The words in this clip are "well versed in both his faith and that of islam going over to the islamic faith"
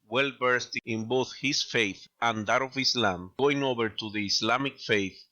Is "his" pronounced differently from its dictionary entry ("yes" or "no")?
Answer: yes